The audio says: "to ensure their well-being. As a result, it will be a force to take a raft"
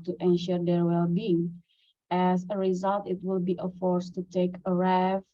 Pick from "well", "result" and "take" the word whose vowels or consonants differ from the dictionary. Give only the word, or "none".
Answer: none